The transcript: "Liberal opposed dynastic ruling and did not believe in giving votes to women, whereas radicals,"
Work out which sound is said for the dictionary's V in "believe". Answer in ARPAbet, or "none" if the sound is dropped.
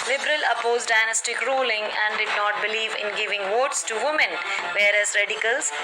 V